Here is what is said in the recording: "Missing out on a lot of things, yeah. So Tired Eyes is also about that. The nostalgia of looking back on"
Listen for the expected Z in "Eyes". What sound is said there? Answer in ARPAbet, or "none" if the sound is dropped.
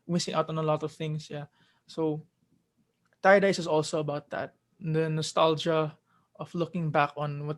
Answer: S